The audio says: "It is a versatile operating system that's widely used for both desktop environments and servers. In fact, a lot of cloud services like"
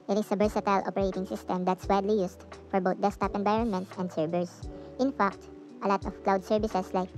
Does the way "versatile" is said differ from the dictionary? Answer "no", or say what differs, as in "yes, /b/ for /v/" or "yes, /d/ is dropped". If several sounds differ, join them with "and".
yes, /b/ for /v/